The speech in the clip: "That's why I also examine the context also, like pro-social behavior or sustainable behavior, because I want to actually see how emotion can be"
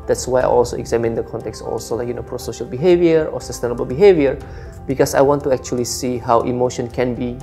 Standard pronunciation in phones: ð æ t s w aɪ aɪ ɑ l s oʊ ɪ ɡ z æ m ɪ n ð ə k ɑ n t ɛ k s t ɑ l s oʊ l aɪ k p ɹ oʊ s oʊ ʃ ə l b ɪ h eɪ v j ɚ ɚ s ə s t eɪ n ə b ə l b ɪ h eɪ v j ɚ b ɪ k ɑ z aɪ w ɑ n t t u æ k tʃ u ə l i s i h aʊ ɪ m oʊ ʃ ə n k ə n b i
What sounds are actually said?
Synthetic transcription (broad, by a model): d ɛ t s w aɪ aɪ ɑ l s oʊ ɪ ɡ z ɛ m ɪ n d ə k ɑ n t ɛ k s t ɑ l s oʊ l aɪ k p ɹ oʊ s oʊ ʃ ə l b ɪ h eɪ v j ɚ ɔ s ə s t eɪ n ə b ə l b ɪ h eɪ v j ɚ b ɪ k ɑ s aɪ w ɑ n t t u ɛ k tʃ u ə l i s i h aʊ ɪ m oʊ ʃ ə n k ə n b i